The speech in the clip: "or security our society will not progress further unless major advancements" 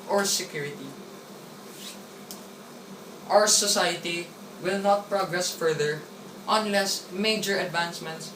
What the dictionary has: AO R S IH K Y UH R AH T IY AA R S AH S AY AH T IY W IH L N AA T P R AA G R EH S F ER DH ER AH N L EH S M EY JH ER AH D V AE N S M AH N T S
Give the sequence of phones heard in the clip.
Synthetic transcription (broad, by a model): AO R S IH K Y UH R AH T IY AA W S AH S AY AH T IY W IH L N AA T P R AA G R EH S F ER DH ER AH N L EH S M EY JH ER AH D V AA N S M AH N T S